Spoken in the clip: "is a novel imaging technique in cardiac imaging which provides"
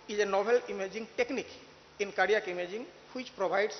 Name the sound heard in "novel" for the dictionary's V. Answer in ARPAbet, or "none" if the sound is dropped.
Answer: B